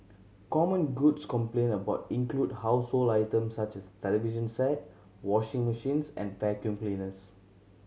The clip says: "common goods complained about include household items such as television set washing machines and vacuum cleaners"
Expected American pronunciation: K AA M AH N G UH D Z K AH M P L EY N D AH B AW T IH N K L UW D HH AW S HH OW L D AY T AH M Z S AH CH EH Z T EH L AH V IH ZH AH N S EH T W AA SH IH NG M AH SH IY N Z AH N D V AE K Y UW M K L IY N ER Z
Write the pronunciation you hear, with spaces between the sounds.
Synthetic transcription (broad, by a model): K AA M AH N G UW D S K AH M P L EY N AH B AW T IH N K L UW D HH AW S HH OW L AY T AH M S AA CH EH S T EH L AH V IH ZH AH N S EH T W AA SH IH NG M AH SH IY N S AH N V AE K Y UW M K L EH N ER S